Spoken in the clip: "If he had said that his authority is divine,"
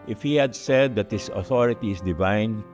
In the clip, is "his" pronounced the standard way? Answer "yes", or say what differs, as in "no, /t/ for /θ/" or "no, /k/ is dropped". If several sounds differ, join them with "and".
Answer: no, /s/ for /z/